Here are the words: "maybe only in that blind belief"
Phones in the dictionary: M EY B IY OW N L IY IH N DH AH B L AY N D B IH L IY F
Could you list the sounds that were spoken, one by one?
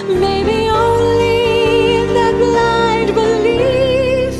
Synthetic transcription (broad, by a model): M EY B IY OW N L IY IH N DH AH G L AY D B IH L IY